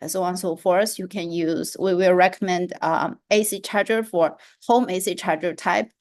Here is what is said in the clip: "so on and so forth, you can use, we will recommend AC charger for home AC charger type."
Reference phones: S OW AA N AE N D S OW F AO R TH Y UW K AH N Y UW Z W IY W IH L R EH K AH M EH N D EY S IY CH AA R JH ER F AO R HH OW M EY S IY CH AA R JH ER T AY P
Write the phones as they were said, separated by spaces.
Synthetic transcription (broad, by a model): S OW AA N N S OW F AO R S Y UW K AH N Y UW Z W IY W IH L R EH K AH M EH N D EY S IY CH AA R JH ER F AO R HH OW M EY S IY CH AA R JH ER T AY P